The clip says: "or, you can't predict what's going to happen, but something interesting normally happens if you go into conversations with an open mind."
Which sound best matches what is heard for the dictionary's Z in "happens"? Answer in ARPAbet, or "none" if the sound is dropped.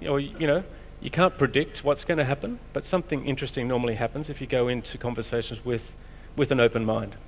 Z